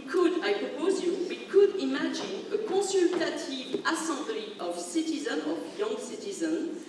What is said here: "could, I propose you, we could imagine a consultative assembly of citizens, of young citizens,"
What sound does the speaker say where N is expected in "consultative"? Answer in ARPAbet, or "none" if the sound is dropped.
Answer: none